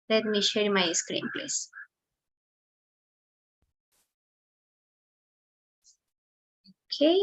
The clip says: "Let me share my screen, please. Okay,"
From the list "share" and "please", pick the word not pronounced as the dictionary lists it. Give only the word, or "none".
please